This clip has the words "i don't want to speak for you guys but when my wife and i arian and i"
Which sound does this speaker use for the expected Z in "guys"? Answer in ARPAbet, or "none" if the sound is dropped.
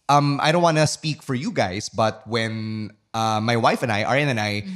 S